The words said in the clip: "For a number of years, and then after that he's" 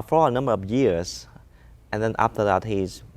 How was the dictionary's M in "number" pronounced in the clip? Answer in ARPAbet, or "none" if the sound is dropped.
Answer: M